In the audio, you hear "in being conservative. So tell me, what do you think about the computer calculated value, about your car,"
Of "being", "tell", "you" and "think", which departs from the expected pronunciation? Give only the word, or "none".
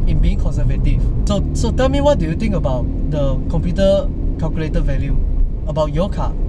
think